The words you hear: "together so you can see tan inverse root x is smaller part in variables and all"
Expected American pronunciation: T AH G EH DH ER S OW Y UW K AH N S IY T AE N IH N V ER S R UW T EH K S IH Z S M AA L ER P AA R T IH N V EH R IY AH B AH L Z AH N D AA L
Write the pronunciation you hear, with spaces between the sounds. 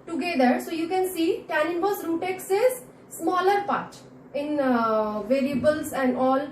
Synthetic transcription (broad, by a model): T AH G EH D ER S OW Y UW K AH N S IY T AE N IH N B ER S R UW T EH K S IH Z S M AA L ER P AA R T IH N V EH R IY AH B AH L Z AH N D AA L